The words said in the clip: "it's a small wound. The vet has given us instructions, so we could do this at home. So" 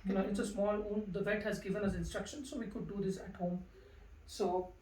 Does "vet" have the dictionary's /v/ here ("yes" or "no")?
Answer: yes